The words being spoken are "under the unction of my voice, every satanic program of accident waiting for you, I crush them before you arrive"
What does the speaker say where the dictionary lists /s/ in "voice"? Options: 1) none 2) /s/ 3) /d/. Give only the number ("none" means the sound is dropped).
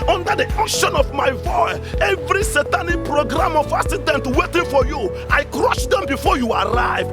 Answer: 1